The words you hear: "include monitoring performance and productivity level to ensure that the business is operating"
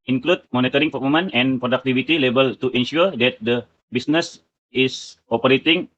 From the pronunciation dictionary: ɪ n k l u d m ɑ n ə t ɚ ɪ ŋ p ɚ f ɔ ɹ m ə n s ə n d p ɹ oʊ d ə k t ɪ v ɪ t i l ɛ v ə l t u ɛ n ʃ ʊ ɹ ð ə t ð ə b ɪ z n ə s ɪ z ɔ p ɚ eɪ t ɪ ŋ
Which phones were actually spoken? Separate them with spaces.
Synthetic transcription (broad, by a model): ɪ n k l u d m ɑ n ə t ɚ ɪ ŋ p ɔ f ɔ m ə n ə n p ɹ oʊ d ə k t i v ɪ t i l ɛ b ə l t u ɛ n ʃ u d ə t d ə b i s n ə s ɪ s ɔ p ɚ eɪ t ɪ ŋ